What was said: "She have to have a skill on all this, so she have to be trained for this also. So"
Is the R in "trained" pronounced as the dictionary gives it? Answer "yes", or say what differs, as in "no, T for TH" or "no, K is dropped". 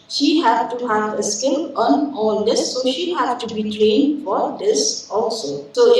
no, L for R